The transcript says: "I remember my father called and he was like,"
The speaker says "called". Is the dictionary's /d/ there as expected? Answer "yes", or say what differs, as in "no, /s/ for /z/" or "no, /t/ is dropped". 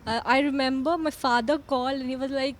no, /d/ is dropped